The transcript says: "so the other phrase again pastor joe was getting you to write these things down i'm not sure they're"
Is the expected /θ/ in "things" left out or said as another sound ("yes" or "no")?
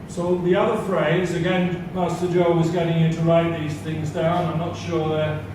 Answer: no